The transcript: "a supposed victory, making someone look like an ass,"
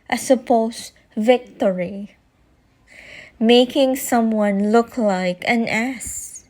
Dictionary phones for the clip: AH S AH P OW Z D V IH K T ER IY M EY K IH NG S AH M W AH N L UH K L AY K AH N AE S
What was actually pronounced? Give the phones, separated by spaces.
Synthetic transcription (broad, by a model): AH S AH P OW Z V IH K T ER IY M EY K IH NG S AH M W AH N L UH K L AY K AH N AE S